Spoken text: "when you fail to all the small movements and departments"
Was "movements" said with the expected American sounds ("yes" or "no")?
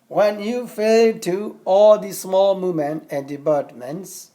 no